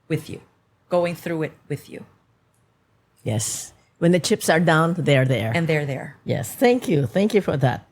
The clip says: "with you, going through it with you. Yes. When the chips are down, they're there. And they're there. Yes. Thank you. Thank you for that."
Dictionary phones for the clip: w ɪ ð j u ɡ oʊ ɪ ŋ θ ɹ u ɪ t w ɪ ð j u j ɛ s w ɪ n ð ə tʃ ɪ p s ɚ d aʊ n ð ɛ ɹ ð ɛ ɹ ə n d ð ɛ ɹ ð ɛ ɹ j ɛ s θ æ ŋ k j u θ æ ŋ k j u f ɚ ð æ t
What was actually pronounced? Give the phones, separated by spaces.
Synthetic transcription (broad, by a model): w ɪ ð j u ɡ oʊ ɪ ŋ θ ɹ u ɪ t w ɪ ð j u j ɛ s w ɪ n ð ə tʃ ɪ p s ɚ d aʊ n ð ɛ ɹ ð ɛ ɹ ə n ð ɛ ɹ ð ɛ ɹ j ɛ s θ æ ŋ k j u θ æ ŋ k j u f ɚ ð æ t